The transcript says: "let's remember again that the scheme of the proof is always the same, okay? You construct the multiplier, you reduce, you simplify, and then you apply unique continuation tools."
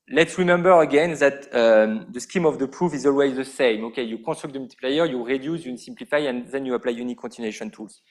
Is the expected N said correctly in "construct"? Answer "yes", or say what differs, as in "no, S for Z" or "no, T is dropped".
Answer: no, N is dropped